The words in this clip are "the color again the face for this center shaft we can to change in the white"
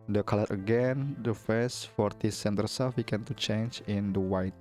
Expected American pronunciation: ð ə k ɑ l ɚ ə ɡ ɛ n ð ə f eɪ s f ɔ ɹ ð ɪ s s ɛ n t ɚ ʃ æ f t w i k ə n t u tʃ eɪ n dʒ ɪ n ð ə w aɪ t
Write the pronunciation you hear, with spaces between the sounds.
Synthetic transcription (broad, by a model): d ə k ɑ l ɚ ə ɡ ɛ n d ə f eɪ s f ɔ ɹ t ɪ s s ɛ n t ɚ s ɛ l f w i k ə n t u tʃ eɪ n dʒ ɪ n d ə w aɪ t